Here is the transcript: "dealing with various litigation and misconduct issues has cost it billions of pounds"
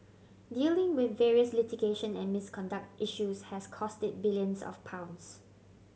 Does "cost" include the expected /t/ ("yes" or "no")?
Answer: yes